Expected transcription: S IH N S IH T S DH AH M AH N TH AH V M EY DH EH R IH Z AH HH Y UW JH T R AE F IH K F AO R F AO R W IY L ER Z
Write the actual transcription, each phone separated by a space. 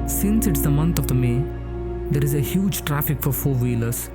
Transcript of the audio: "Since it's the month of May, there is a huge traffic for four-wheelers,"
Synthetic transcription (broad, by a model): S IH N S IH T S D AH M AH N T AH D M EY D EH R IH Z AH HH Y UW JH T R AE F IH K F AO R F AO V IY L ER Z